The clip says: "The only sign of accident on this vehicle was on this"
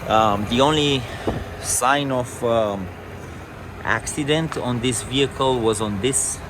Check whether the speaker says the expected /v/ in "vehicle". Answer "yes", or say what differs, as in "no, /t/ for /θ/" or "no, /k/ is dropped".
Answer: yes